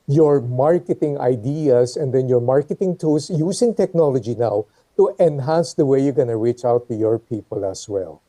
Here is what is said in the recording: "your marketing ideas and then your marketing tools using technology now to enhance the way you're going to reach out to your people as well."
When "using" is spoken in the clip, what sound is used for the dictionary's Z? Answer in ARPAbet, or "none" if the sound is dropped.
S